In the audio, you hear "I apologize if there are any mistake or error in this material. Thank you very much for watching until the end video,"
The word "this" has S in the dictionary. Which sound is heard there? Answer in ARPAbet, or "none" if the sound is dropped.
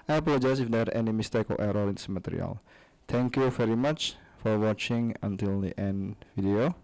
none